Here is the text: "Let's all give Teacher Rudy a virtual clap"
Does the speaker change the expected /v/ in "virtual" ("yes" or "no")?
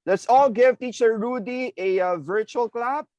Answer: no